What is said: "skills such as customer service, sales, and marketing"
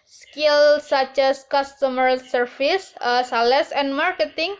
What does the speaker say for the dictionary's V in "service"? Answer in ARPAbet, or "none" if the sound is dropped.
F